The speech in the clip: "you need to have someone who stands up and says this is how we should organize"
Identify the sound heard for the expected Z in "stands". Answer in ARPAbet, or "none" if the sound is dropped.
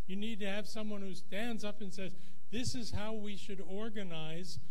Z